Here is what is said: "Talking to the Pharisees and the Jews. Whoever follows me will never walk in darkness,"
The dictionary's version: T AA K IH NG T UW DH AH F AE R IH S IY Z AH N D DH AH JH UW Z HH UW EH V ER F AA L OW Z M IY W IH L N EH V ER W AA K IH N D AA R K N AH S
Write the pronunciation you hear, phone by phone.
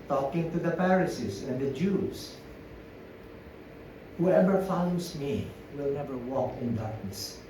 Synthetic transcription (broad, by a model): T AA K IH NG T UW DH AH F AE R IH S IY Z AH N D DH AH JH UW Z HH UW EH V ER F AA L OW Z M IY W IH L N EH V ER W AA K IH N D AA R K N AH S